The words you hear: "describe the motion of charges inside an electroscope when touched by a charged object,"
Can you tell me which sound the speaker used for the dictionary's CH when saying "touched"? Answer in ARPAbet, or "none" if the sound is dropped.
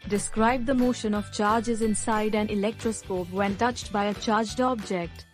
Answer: CH